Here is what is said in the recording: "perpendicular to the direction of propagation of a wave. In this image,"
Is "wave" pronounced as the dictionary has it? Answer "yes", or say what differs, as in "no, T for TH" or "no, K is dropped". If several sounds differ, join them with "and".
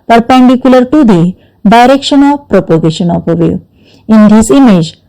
no, V is dropped